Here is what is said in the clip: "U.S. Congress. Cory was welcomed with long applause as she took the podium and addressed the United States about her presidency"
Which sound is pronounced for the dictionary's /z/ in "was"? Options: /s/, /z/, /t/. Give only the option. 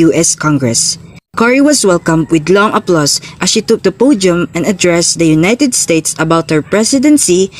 /s/